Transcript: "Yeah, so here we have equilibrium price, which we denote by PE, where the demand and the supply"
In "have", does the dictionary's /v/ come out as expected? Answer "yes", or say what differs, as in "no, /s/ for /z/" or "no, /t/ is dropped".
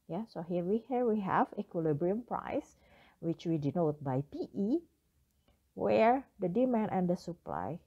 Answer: no, /w/ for /v/